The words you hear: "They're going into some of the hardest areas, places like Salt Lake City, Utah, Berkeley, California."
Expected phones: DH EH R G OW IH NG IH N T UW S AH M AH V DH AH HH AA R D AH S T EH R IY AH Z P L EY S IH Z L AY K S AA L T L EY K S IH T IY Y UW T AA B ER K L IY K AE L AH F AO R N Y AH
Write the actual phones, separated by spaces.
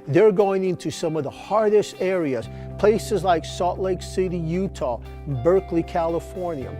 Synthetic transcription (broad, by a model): DH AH R G OW IH NG IH N T UW S AH M AH V DH AH HH AA R D AH S T EH R IY AH Z P L EY S IH Z L AY K S AA T L EY K S IH T IY Y UW T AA B ER K L IY K AE L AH F AO R N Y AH